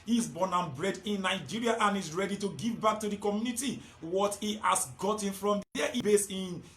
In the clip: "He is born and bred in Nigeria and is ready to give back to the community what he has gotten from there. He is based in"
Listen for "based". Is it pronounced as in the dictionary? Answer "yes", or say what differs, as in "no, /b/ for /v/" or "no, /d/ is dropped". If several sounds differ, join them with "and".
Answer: no, /t/ is dropped